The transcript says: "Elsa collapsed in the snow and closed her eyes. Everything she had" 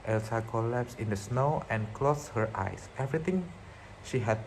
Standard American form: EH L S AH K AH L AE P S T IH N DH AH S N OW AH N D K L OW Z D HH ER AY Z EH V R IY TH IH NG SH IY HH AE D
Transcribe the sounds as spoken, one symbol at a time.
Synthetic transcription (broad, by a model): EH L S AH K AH L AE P S IH N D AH S N OW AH N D K L OW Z HH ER AY S EH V R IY T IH NG SH IY HH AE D